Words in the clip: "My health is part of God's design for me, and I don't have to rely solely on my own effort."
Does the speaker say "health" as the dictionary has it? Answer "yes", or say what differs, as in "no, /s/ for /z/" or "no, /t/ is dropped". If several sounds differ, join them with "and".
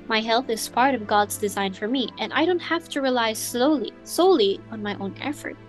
yes